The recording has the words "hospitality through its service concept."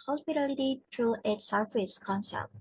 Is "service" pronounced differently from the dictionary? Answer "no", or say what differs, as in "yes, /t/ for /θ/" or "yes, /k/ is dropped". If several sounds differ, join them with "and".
yes, /f/ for /v/